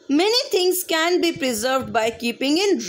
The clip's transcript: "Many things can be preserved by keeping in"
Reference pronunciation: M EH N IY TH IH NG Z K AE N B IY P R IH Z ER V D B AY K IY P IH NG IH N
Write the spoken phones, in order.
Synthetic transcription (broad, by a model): M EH N IY T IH NG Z K AE N B IY P R IH Z ER V D B AY K IY P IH NG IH N